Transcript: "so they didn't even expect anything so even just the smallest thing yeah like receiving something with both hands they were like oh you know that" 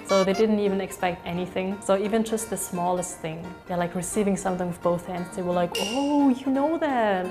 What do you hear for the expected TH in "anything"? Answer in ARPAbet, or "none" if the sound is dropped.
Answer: TH